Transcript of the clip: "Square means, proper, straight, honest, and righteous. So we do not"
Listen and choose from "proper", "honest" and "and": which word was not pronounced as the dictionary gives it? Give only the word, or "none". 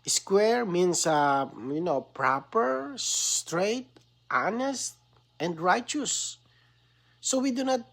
none